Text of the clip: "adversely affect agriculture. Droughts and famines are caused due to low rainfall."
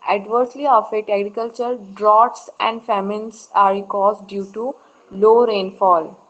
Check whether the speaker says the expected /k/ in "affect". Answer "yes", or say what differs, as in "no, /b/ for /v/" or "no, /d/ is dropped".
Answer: no, /k/ is dropped